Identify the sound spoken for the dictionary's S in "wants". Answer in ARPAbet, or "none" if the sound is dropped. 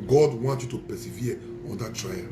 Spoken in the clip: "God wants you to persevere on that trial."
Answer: none